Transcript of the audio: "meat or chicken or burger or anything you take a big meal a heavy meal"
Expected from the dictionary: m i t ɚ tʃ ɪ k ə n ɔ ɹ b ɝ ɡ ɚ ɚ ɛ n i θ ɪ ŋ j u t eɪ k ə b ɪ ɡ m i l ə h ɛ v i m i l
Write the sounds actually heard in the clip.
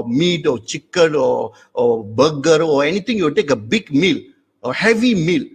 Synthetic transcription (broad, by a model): m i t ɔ tʃ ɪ k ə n ɔ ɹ b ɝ ɡ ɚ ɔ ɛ n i t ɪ ŋ j u t eɪ k ə b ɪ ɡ m i l ə h ɛ v i m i l